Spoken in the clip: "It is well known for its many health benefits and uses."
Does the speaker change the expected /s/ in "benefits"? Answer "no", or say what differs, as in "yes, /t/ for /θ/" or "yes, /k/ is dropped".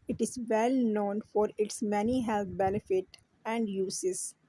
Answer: yes, /s/ is dropped